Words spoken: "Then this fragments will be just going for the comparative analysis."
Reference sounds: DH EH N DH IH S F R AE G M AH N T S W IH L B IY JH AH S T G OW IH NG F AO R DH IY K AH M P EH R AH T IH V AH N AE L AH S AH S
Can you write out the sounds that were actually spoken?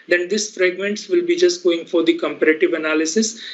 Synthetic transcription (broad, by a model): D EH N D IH S F R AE G M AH N T S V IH L B IY JH AH S T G OW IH NG F AO R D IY K AH M P EH R AH T IH V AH N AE L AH S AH S